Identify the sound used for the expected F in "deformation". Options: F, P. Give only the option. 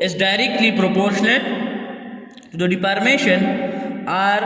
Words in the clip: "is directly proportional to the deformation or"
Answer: P